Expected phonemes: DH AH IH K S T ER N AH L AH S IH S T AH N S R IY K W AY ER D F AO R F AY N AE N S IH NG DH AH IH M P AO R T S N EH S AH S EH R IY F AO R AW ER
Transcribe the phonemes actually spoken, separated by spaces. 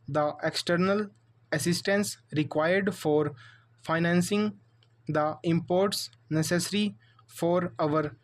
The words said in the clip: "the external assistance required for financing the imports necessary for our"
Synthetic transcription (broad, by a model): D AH IH K S T ER N AH L AH S IH S T AH N S R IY K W AY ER D F AO R F AY N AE N S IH NG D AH IH M P AO R T S N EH S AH S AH R IY F AO R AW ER